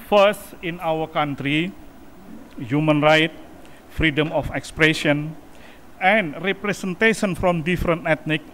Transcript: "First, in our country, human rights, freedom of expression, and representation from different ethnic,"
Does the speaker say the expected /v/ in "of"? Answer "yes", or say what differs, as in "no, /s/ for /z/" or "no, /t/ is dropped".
no, /f/ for /v/